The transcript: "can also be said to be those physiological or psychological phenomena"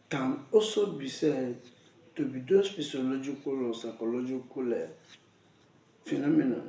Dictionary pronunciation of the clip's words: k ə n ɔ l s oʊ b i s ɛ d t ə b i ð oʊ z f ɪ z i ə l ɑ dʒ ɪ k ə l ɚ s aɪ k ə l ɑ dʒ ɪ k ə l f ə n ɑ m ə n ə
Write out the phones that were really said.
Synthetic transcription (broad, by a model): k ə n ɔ s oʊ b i s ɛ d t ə b i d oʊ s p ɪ s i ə l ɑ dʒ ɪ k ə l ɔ s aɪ k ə l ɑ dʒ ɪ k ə l f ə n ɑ m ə n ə